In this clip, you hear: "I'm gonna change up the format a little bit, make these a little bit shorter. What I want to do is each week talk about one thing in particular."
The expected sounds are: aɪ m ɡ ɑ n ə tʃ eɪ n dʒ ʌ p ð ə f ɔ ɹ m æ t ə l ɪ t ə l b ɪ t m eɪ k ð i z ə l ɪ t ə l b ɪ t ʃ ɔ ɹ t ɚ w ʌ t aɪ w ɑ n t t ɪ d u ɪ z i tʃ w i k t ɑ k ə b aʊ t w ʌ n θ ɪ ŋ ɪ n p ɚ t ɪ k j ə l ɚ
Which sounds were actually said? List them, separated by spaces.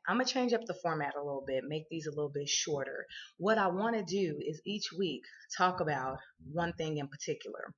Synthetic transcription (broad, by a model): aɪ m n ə tʃ eɪ n dʒ ʌ p ð ə f ɔ ɹ m æ t ə l ɪ t l b ɪ t m eɪ k ð i z ə l ɪ t l b ɪ t ʃ ɔ ɹ t ɚ w ʌ t aɪ w ɑ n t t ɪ d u ɪ z i tʃ w i k t ɑ k ə b aʊ t w ʌ n θ ɪ ŋ ɪ n p ɚ t ɪ k j l ɚ